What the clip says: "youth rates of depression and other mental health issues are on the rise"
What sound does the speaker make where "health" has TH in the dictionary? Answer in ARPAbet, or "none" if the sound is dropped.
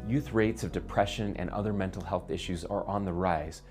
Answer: TH